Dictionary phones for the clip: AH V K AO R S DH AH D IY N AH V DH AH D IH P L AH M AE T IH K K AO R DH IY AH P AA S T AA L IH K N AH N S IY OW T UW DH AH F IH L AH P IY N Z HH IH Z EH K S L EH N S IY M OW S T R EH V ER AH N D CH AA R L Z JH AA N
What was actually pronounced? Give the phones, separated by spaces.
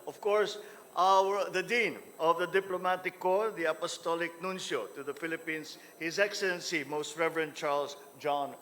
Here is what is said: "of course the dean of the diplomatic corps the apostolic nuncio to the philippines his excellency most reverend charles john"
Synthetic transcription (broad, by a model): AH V K AO R S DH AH D IY N AH V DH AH D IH P L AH M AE T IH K K AO R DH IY AH P AA S T AA L IH K N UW N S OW T UW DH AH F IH L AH P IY N S HH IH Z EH K S L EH N S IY M OW S T R EH V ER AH N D CH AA R L S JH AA N